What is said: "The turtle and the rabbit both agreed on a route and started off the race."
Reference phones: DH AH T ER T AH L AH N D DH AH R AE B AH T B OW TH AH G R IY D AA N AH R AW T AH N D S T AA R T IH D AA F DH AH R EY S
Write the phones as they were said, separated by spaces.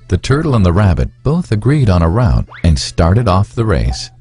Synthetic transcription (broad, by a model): DH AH T ER T L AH N DH AH R AE B AH T B OW TH AH G R IY D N AH R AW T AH N S T AA R T IH D AA F DH AH R EY S